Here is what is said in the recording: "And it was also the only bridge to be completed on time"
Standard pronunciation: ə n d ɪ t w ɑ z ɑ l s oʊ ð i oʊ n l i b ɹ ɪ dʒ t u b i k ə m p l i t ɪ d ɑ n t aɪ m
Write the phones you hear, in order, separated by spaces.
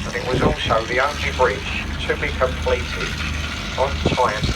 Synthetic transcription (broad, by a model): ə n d ɪ t w ɑ z ɑ l s oʊ ð i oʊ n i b ɹ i tʃ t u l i k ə m p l i t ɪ ʌ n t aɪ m